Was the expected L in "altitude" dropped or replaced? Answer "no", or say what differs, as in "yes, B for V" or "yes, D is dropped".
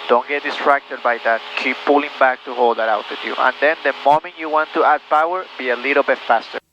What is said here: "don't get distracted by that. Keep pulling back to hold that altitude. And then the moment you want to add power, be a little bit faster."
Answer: yes, W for L